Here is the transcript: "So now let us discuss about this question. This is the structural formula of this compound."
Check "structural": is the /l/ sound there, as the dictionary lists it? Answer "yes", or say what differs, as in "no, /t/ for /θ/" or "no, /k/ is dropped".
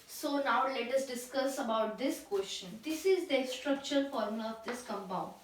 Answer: no, /n/ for /l/